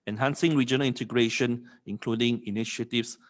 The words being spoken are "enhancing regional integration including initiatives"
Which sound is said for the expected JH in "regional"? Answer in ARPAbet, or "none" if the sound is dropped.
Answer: JH